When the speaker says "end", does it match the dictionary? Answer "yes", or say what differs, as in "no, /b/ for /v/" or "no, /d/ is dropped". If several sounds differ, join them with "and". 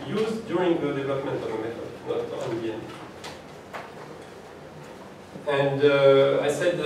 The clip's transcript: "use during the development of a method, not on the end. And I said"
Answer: no, /d/ is dropped